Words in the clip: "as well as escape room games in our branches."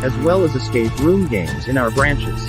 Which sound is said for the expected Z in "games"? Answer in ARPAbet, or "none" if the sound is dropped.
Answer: Z